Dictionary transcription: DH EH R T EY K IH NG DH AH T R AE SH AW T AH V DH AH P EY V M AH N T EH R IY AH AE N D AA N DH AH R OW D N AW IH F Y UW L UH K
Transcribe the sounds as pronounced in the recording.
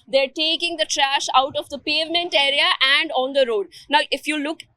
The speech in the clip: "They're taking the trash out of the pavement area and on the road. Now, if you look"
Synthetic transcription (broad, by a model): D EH R T EY K IH NG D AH T R AE SH AW T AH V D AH P EY V M AH N T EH R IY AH AE N D AA N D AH R OW D N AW IH F Y UW L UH K